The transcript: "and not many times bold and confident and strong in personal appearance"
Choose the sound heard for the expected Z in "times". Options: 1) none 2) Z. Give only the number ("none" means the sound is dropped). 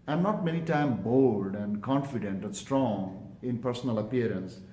1